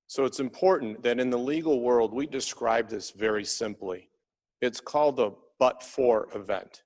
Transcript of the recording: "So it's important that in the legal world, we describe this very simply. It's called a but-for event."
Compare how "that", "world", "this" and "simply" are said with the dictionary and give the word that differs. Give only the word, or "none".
none